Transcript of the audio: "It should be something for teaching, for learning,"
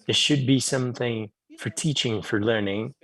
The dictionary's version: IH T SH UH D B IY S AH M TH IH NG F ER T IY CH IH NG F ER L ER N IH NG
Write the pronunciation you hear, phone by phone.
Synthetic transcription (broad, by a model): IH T SH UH D B IY S AH M TH IH NG F ER T IY CH IH NG F ER L ER N IH NG